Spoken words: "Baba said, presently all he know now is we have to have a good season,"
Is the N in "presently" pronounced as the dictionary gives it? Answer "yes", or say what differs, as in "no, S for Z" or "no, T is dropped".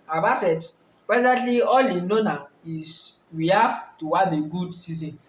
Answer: no, N is dropped